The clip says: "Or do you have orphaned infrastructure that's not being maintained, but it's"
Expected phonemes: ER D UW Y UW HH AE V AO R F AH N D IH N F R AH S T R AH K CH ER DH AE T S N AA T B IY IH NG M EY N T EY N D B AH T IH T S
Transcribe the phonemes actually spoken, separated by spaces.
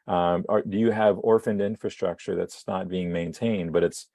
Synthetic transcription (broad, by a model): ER D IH Y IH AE V AO R F AH N D IH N F R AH S T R AH K CH ER DH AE T S N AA T B IY IH NG M EY N T EY N D B AH T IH T S